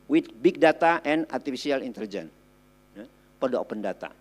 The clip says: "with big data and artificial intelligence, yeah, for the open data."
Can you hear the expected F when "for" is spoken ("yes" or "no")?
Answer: no